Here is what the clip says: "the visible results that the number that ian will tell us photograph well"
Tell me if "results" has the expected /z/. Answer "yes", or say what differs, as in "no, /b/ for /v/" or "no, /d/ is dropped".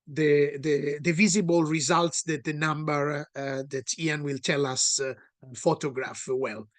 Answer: yes